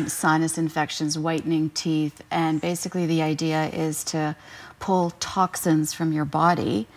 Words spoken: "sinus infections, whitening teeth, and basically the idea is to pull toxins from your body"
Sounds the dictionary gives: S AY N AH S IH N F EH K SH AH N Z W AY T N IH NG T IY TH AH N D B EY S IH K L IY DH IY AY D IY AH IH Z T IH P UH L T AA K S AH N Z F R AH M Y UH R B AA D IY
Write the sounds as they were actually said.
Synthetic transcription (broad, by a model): S AY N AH S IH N F EH K SH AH N Z W AY T N IH NG T IY TH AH N B EY S IH K L IY DH IY AY D IY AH IH Z T IH P UH L T AA K S AH N Z F R AH M Y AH R B AA D IY